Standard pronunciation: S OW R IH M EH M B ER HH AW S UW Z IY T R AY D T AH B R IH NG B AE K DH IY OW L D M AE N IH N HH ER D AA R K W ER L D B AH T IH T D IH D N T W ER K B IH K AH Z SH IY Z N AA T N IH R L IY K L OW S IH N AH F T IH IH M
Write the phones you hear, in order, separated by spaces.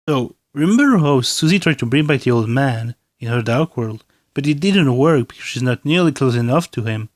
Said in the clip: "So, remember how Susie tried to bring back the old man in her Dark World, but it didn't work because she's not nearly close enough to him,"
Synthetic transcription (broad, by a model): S OW R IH M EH M B ER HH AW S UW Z IY T R AY D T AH B R IH NG B AE K DH IY OW L D M AE N IH N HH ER D AA R K W ER L D B AH T IH T D IH D N T W ER K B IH K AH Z SH IY Z N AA T N IH R L IY K L OW S IH N AH F T IH IH M